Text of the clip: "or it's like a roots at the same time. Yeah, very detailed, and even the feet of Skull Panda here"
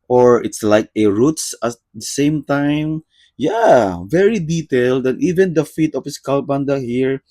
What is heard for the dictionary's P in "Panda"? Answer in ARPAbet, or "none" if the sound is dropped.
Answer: B